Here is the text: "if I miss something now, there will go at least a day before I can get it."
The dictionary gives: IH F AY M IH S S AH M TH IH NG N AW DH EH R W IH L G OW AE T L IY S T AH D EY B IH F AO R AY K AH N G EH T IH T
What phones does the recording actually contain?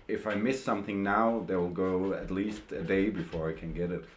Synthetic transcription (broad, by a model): IH F AY M IH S S AH M TH IH NG N AW DH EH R W IH L G OW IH T L IY S T AH D EY B IH F AO R AY K AH N G EH T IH T